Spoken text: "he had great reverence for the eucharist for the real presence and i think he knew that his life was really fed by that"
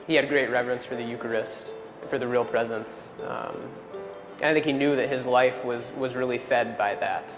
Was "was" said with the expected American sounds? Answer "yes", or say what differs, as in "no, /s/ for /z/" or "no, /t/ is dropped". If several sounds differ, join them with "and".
yes